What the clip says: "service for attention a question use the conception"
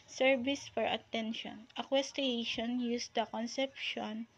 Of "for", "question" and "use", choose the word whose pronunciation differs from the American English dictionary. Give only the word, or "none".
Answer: question